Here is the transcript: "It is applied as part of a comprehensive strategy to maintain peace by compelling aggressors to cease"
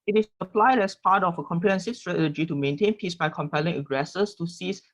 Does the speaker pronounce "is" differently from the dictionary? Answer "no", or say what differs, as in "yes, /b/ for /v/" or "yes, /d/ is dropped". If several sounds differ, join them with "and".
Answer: yes, /s/ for /z/